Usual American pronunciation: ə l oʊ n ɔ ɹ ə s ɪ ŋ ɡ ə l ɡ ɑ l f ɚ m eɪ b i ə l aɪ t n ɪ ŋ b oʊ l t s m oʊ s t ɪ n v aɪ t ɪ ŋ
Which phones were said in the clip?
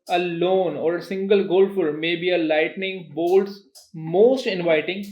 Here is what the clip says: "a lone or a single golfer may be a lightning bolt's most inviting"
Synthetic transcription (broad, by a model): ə l oʊ n ɔ ɹ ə s ɪ ŋ ɡ ə l ɡ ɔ l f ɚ m eɪ b i ə l aɪ t n ɪ ŋ b oʊ l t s m oʊ s t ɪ n v aɪ t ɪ ŋ